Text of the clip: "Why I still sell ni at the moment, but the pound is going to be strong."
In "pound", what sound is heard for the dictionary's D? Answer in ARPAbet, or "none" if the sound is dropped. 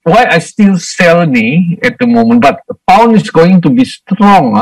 none